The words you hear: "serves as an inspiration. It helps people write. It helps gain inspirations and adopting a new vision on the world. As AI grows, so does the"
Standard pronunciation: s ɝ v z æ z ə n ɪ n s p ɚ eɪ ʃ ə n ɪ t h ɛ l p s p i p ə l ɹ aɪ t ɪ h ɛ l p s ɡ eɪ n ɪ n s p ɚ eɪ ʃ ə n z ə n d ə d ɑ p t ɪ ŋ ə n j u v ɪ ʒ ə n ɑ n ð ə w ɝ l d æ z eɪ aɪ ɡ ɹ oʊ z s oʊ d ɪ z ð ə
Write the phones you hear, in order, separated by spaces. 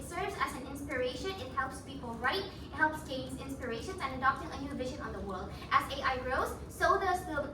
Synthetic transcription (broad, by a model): s ɝ v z æ z ə n ɪ n s p ɚ eɪ ʃ ə n ɪ t h ɛ l p s p i p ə l ɹ aɪ t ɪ h ɛ l p s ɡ eɪ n ɪ n s p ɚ eɪ ʃ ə n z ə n ə d ɑ p t ɪ ŋ ə n j u v ɪ ʒ ə n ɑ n ð ə w ɝ l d æ z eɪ aɪ ɡ ɹ oʊ z s oʊ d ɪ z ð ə